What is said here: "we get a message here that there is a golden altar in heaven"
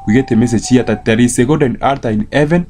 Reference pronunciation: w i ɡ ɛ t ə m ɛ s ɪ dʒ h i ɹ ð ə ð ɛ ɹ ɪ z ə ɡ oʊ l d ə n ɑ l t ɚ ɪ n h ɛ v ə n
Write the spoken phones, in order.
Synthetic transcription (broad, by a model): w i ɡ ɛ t ə m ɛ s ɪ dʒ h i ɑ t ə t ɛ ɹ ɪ s ə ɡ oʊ d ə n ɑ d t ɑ ɪ n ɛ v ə n